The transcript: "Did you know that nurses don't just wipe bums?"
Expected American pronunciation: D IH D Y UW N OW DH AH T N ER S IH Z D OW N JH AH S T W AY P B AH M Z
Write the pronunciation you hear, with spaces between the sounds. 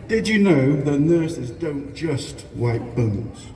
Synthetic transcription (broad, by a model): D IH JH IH N OW DH AH T N ER S IH Z D OW N JH AH S T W AY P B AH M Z